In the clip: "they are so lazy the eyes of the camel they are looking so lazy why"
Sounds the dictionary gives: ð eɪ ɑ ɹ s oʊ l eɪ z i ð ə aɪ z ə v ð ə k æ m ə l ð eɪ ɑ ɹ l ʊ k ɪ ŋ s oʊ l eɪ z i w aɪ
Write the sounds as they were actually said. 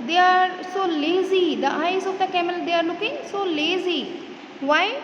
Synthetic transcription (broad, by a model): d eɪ ɑ ɹ s oʊ l eɪ z i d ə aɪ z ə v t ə k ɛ m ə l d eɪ ɑ ɹ n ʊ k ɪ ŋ s oʊ l eɪ z i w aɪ